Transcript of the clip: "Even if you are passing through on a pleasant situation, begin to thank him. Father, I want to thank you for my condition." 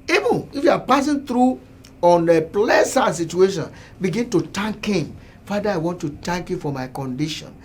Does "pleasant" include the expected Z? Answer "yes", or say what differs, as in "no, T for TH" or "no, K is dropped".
no, S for Z